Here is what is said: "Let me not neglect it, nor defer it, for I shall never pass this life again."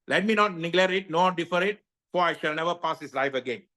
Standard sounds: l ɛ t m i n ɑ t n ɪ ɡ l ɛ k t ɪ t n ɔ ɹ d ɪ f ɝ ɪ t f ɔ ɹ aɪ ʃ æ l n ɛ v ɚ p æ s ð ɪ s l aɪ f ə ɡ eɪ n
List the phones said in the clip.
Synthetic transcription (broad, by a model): l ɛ t m i n ɑ t n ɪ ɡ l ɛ t ɪ t n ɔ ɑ d ɪ f ɝ ɪ t f ɔ ɹ aɪ ʃ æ l n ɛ v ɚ p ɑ s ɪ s l aɪ f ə ɡ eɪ n